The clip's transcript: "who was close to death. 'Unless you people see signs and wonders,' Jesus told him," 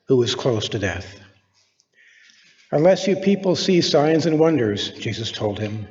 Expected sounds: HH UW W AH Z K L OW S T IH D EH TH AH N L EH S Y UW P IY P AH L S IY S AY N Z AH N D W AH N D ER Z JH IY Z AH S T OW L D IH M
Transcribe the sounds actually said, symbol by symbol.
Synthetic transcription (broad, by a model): HH UW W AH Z K L OW S T IH D EH TH AH N L EH S Y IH P IY P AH L S IY S AY N Z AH N W AH N D ER Z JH IY Z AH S T OW L D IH M